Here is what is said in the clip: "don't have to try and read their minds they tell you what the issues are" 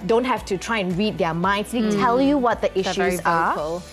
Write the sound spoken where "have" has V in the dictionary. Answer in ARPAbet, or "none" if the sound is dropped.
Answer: F